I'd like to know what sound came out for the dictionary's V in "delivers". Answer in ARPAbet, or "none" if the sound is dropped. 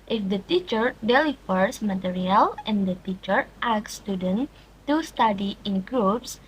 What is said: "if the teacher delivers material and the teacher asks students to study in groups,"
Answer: F